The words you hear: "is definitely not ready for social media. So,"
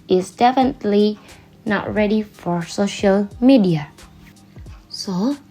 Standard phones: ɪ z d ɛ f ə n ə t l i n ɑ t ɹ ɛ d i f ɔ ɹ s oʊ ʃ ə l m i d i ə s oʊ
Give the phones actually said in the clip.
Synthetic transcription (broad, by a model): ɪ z d ɛ f ə n ə t l i n ɑ t ɹ ɛ d i f ɔ ɹ s oʊ ʃ ə l m i d i ə s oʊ